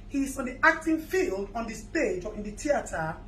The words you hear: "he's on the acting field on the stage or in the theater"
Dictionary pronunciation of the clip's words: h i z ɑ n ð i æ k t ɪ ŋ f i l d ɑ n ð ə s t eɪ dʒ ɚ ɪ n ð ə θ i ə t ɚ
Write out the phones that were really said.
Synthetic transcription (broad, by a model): h i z ɑ n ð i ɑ k t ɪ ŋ f i l d ɑ n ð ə s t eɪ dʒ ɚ ɪ n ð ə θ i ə t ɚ